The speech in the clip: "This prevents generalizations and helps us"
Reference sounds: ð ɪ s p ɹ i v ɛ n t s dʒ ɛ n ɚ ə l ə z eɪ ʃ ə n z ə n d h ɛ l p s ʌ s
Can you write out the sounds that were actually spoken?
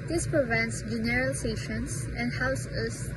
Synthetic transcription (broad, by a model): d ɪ s p ɹ i v ɛ n t s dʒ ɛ n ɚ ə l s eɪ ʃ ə n s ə n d h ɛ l s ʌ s